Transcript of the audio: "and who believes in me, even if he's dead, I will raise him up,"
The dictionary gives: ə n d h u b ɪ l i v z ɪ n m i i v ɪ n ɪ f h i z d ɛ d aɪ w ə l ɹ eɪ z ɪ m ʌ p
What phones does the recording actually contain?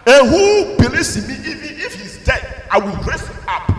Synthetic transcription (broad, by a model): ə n h u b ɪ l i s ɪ m i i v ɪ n ɪ f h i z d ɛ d aɪ w ə l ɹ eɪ s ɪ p